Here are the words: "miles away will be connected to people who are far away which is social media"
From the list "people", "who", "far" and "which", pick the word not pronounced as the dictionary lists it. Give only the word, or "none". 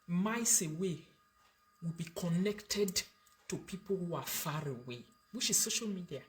which